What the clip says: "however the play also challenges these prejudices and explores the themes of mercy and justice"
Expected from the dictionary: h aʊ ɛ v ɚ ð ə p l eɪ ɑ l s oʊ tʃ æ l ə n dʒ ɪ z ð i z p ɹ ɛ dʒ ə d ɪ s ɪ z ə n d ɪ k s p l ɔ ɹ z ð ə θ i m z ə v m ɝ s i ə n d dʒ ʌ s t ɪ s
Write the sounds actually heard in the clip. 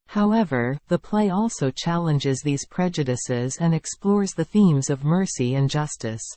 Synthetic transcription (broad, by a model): h aʊ ɛ v ɚ ð ə p l eɪ ɑ l s oʊ tʃ æ l ə n dʒ ɪ z ð i z p ɹ ɛ dʒ ə d ɪ s ɪ z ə n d ɪ k s p l ɔ ɹ z ð ə θ i m z ə v m ɝ s i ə n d dʒ ʌ s t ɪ s